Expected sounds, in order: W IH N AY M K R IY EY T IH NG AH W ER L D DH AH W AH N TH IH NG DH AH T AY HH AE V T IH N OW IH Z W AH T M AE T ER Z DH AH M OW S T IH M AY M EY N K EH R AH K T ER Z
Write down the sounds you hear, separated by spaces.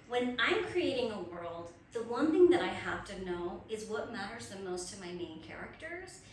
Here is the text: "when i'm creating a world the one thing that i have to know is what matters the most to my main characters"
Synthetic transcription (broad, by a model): W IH N AY M K R IY EY T IH NG AH W ER L D DH AH W AH N TH IH NG DH AH T AY HH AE F T IH N OW IH Z W AH T M AE T ER Z DH AH M OW S T IH M AY M EY N K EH R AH K T ER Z